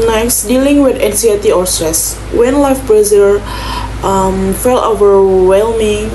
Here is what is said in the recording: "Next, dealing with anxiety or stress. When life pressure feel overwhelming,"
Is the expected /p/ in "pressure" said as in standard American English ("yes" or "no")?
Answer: no